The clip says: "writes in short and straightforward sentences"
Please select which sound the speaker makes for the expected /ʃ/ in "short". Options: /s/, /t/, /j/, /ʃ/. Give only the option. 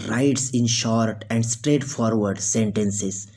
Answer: /ʃ/